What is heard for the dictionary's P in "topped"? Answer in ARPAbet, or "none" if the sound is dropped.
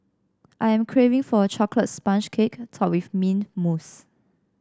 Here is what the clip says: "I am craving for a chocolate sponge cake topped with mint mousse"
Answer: none